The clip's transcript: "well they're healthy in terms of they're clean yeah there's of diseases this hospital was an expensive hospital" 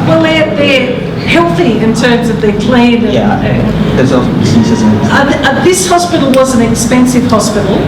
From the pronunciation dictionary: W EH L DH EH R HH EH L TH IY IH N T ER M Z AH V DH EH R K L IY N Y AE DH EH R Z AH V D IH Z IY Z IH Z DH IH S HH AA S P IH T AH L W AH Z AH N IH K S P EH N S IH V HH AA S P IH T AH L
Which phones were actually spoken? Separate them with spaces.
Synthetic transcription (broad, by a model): W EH L DH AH R HH EH L TH IY IH N T ER M Z AH V DH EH R K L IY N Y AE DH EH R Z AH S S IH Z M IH DH IH S HH AA S P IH T L W AH Z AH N IH K S P EH N S IH V HH AA S P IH T L